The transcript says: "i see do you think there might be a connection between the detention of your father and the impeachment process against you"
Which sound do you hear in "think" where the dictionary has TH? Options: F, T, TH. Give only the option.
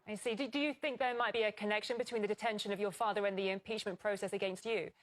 TH